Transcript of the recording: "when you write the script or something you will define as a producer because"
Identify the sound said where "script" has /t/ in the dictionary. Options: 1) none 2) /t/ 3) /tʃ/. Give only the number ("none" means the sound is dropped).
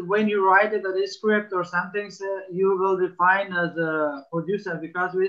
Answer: 2